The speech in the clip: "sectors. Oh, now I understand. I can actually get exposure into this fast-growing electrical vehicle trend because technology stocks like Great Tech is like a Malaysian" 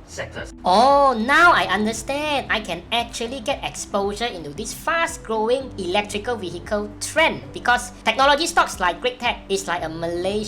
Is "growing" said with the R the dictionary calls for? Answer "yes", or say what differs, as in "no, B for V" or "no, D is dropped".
yes